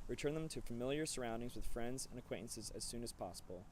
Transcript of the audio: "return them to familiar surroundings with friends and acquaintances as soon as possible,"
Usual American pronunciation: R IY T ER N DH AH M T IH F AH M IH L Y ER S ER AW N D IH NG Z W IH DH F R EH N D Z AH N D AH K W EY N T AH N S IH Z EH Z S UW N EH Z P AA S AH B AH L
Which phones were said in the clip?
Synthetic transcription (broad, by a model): R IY T ER N DH AH M T IH F AH M IH L Y ER S ER AW N D IH NG Z W IH DH F R EH N D Z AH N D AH K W EY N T N S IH Z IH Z S UW N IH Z P AA S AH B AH L